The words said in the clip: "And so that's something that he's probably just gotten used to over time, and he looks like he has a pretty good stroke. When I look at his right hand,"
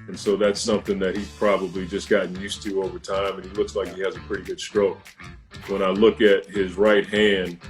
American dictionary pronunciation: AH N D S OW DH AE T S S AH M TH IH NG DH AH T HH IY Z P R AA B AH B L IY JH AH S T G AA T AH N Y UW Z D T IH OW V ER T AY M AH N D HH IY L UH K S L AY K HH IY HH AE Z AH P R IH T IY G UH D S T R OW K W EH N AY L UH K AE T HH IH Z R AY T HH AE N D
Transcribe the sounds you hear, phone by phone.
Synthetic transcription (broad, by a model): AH N S OW DH AE T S S AH M TH IH NG DH AH T HH IY P R AA B AH B L IY JH AH S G AA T N Y UW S T IH OW V ER T AY M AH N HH IY L UH K S L AY K HH IY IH Z AH P R IH T IY G UH D S T R OW K W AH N AY L UH K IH T HH IH Z R AY T HH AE N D